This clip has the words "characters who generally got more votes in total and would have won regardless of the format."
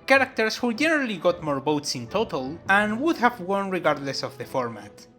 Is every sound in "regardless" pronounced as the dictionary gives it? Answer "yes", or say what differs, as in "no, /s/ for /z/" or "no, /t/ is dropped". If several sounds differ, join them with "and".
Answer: yes